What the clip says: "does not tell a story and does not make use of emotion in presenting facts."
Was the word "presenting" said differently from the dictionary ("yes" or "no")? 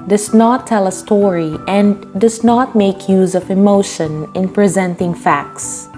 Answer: no